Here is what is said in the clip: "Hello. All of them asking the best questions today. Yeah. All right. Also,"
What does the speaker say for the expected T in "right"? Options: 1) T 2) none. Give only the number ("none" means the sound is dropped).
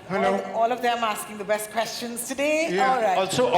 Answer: 2